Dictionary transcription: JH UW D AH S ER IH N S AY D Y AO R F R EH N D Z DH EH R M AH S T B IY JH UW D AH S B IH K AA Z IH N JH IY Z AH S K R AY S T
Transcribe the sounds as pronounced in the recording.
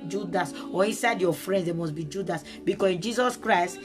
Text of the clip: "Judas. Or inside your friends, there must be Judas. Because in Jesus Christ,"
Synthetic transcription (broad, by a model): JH UW D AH S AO IH N S AY D Y AO F R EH N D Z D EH M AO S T B IY JH UW D AH S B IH K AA S IH N JH IY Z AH S K R AY S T